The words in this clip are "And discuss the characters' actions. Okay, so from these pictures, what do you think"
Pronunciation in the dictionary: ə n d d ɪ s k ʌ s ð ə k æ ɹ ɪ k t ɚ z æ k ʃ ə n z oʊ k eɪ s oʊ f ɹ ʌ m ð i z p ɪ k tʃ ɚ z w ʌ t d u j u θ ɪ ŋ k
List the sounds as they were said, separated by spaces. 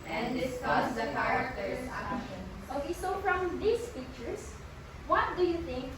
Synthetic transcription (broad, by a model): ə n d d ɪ s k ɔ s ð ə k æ ɹ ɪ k t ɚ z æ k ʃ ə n oʊ k eɪ s oʊ f ɹ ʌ m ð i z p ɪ k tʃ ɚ s w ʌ t d u j u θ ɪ ŋ k